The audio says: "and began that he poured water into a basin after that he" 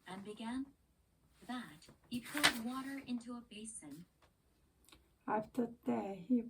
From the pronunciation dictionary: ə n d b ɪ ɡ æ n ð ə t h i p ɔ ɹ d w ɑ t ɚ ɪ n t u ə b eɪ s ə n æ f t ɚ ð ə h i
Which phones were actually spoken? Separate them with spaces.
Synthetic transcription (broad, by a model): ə n b ɪ ɡ æ n ð ə t h i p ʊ l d w ɑ t ɚ ɪ n t u ə b eɪ s ə n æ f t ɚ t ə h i